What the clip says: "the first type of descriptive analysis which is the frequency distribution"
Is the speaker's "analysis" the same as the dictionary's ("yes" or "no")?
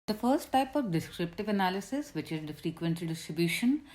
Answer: yes